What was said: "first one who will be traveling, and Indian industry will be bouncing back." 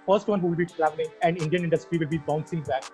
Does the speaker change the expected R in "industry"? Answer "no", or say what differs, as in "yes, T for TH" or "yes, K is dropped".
no